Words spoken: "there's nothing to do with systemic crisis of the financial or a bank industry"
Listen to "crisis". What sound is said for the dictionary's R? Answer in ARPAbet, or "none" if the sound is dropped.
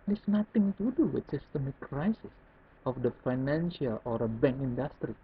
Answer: R